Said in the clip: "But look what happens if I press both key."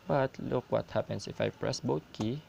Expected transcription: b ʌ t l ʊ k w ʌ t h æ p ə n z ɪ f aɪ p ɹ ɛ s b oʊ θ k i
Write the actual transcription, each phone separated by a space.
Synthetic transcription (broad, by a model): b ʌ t l ʊ k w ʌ t h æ p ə n s ɪ f aɪ p ɹ ɛ s b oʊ t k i